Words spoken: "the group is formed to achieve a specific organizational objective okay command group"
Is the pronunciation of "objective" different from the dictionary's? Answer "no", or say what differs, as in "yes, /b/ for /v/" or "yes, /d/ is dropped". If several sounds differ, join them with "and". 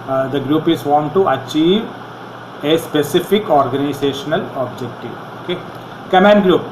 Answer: no